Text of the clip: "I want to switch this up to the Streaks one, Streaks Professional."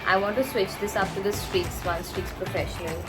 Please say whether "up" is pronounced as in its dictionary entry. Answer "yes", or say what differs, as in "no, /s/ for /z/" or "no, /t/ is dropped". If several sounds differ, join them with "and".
no, /f/ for /p/